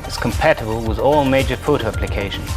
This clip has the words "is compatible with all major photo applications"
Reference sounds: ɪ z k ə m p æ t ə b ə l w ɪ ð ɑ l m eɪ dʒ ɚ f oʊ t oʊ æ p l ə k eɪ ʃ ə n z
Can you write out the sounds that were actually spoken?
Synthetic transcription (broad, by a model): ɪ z k ə m p æ t ə b ə l w ɪ ð ɑ l m eɪ dʒ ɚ f oʊ t oʊ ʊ p l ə k eɪ ʃ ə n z